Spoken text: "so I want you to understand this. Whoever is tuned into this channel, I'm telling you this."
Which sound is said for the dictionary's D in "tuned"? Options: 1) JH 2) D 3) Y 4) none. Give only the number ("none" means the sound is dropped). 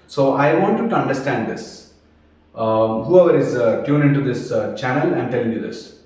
4